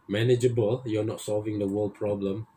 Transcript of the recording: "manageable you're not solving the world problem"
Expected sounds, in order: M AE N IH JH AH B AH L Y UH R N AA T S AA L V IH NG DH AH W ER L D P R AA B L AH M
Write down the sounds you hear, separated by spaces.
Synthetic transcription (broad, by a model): M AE N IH JH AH B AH L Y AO N AA T S AA L V IH NG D AH W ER L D P R AA B L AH M